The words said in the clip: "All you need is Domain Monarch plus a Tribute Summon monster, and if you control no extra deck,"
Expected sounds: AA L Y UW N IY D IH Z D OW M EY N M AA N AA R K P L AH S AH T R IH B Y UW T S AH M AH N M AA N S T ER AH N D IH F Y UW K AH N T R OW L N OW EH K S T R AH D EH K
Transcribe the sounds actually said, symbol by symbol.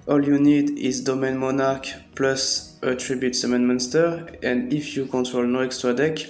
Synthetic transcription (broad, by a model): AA L Y UW N IY D IH Z D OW M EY N M AA N AA R K P L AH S AH T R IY B Y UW T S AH M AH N M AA N S T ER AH N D IH F Y UW K AH N T R OW L N OW EH K S T R AH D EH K